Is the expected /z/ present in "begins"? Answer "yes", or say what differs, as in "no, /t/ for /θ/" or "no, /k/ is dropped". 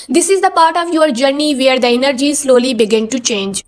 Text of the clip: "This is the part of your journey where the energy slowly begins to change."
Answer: no, /z/ is dropped